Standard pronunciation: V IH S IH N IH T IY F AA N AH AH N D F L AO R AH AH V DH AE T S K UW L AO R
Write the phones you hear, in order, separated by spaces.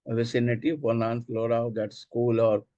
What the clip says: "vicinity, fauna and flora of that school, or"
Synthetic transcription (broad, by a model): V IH S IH N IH T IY P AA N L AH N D F L AO R AH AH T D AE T S K UW L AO R